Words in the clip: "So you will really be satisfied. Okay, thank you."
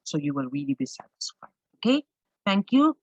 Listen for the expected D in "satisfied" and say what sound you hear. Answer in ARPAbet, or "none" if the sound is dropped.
none